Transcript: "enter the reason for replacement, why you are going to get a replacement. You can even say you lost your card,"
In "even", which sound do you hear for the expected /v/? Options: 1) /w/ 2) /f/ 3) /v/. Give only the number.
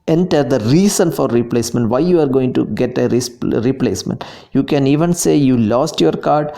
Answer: 3